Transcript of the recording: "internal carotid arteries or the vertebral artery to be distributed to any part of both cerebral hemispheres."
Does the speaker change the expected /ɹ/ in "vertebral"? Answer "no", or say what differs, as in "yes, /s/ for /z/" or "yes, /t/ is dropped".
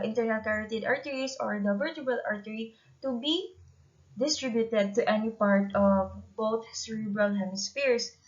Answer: yes, /ɹ/ is dropped